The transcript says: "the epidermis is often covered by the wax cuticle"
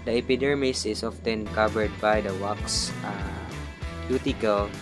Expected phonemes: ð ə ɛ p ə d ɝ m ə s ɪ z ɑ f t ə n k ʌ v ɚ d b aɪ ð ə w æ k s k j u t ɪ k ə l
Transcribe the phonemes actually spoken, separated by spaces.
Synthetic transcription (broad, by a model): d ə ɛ p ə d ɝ m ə s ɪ s ɑ f t ə n k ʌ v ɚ d b aɪ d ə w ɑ k s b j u t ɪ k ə l